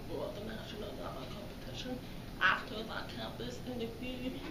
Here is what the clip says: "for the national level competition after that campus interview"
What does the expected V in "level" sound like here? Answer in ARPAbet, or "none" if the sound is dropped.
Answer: none